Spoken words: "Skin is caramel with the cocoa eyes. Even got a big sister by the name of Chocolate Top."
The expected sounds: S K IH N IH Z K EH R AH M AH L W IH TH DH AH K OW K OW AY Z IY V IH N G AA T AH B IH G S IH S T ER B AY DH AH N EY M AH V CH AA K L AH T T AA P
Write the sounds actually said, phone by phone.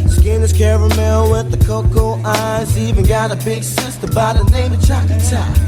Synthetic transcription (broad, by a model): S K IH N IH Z K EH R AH M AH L W IH DH AH K OW K OW AY Z IY V IH N G AA T AH B IH G S IH S T ER B AY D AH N EY AH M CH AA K AH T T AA